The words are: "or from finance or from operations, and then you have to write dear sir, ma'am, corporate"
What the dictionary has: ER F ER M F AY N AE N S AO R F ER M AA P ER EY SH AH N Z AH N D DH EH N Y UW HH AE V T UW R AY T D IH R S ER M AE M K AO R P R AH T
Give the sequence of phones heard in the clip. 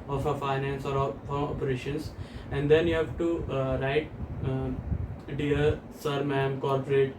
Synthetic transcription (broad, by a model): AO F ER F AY N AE N S AO R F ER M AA P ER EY SH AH N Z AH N D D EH N Y UW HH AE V T UW R AY T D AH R S ER M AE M K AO R P R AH T